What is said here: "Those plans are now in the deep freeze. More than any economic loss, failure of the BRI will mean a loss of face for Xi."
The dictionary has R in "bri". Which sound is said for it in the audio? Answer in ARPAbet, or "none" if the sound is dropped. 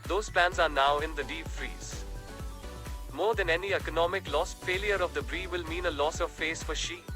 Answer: R